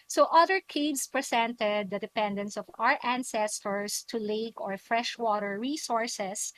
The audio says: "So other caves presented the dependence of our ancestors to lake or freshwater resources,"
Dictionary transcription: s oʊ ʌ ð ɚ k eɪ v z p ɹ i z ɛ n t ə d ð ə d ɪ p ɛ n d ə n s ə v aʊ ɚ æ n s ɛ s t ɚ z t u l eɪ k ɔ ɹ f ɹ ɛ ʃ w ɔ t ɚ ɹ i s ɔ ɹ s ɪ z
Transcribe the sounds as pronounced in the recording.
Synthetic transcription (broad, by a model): s oʊ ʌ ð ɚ k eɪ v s p ɹ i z ɛ n t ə d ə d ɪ p ɛ n d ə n s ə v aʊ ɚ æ n s ɛ s t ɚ s t u l eɪ k ɔ ɹ f ɹ ɛ ʃ w ɔ t ɚ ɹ i s ɔ ɹ s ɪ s